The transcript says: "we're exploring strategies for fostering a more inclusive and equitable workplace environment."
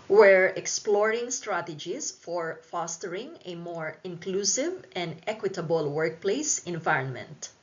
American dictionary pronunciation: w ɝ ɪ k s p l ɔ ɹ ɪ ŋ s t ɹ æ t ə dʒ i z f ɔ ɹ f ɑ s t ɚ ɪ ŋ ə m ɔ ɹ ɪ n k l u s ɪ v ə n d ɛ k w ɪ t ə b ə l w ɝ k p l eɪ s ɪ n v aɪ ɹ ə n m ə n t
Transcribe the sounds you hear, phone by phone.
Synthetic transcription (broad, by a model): w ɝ ɪ k s p l ɔ ɹ ɪ ŋ s t ɹ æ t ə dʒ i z f ɔ ɹ f ɑ s t ɚ ɪ ŋ ə m ɔ ɹ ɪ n k l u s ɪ v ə n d ɛ k w ɪ t ə b ə l w ɝ k p l eɪ s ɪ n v aɪ ɹ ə n m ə n t